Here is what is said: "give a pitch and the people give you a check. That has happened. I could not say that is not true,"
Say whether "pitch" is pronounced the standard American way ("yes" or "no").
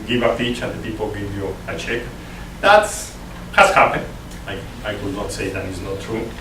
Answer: no